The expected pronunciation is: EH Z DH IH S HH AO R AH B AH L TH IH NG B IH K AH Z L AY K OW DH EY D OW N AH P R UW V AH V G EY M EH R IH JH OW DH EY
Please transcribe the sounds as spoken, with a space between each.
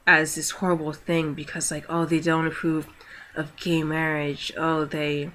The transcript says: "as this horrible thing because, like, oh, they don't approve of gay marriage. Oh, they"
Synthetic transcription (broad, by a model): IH Z DH IH S HH AO R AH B L TH IH NG B IH K AH Z L AY K OW DH EY D OW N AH P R UW V AH V G EY M EH R IH JH OW DH EY